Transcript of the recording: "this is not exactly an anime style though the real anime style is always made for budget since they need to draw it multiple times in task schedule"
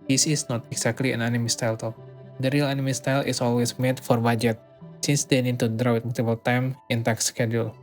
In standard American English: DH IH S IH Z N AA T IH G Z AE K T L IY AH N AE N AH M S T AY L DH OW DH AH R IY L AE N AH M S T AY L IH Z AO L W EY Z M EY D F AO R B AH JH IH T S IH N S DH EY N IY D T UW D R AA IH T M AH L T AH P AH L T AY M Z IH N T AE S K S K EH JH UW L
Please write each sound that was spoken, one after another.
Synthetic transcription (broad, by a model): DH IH S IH S N AA T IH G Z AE K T L IY AH N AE N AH M S T AY L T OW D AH R IY L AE N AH M S T AY L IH S AO L W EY S M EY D F AO R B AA JH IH T S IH N S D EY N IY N T UW D R AA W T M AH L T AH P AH L T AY M IH N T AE K S K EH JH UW L